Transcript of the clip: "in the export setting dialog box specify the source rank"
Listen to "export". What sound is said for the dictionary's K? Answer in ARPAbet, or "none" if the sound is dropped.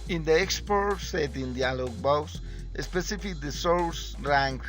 K